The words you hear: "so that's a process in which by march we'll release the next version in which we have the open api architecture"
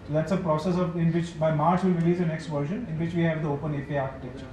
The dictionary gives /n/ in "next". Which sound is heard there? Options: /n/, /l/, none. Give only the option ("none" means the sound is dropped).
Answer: /n/